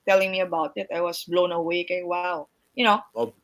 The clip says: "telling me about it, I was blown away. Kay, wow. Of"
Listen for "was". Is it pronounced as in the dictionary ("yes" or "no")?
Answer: no